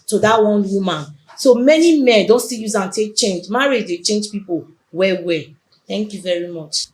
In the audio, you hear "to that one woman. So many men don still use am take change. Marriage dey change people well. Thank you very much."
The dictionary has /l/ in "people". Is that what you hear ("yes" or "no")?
no